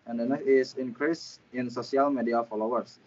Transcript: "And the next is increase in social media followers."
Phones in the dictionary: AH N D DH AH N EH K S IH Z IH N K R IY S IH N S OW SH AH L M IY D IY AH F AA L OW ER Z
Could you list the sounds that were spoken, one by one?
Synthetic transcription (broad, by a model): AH N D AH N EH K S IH S IH N K R IY S IH N S OW S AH L M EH D IY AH F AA L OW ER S